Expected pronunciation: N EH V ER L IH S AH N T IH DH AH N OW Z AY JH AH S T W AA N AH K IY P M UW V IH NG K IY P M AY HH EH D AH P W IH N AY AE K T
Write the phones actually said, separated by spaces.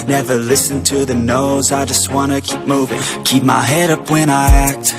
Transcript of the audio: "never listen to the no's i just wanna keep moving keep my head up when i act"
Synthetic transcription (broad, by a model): N EH V ER L IH S AH N T IH DH AH N OW Z AY JH AH S T W AA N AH K IY P M UW V IH NG K IY P M AY HH EH D AH P W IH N AY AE K T